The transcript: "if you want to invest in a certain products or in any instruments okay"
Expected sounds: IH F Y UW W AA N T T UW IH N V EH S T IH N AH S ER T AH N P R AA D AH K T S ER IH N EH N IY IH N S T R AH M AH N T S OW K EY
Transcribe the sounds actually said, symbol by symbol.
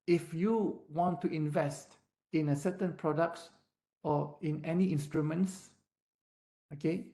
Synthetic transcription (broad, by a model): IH F Y UW W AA N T T UW IH N V EH S T IH N AH S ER T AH N P R AA D AH K T S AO IH N EH N IY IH N S T R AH M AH N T S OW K EY